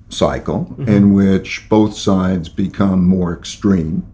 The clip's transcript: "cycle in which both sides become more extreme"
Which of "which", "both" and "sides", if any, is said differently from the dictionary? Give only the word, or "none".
none